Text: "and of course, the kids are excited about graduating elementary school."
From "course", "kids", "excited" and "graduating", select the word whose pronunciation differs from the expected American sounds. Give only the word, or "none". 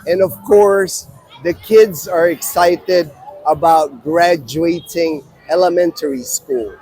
none